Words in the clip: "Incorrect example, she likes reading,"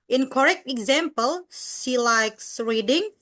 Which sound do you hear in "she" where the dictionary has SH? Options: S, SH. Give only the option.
S